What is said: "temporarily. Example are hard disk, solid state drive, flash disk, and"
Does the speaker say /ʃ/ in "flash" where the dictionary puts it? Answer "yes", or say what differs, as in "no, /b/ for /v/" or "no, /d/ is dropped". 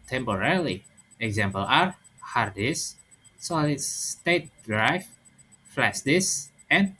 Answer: no, /s/ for /ʃ/